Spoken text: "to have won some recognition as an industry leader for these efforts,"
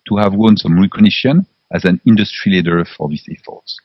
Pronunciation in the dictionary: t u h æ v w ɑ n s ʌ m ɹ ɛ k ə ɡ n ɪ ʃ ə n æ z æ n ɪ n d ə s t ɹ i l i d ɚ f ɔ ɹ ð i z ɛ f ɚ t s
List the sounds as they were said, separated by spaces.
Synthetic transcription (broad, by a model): t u h æ v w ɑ n s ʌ m ɹ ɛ k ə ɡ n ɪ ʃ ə n æ z æ n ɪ n d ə s t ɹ i l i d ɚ f ɔ ɹ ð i s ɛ f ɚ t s